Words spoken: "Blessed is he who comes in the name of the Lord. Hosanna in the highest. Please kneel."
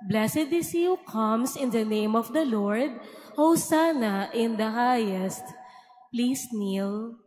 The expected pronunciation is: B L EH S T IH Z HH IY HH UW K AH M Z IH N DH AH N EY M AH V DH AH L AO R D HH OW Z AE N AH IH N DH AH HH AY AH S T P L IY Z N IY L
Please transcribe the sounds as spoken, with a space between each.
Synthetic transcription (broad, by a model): B L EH S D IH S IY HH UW K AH M S IH N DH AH N EY M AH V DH AH L AO R D HH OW S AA N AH IH N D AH HH AY AH S T P L IY S N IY L